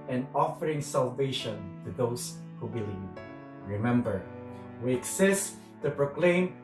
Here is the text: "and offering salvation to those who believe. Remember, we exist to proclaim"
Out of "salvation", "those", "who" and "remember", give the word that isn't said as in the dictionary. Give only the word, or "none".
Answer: those